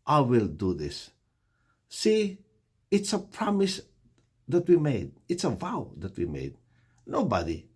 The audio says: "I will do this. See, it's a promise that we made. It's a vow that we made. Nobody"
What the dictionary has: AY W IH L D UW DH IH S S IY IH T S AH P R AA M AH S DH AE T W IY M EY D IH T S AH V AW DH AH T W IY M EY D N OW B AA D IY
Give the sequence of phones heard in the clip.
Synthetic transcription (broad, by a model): AY W IH L D UW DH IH S S IY IH T S AH P R AA M AH S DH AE T W IY M EY D IH T S AH V AW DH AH T W IY M EY D N OW B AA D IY